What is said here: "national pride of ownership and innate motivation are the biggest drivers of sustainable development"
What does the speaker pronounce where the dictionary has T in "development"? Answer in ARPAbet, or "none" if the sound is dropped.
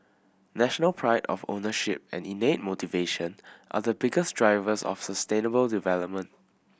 T